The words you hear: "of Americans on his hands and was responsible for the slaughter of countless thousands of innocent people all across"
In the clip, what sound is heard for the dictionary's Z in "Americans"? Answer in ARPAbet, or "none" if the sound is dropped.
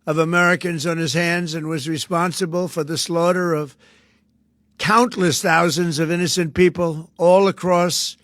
Z